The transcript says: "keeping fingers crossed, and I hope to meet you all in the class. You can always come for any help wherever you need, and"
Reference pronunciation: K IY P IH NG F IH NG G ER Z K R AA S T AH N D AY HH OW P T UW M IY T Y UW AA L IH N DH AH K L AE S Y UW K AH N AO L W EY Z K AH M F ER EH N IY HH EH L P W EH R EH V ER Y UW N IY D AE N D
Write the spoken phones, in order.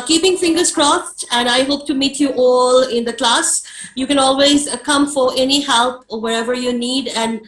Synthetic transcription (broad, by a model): K IY P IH NG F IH NG G ER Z K R AA S T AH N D AY HH OW P T UW M IY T Y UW AA L IH N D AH K L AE S Y UW K AH N AO L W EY Z K AH M F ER EH N IY HH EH L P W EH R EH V ER Y UW N IY D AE N D